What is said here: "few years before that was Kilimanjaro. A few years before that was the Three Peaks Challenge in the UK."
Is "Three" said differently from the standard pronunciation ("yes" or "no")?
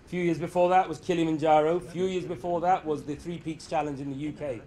no